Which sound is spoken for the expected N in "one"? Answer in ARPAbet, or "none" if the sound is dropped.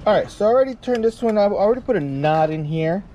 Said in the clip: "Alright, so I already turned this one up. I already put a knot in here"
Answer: none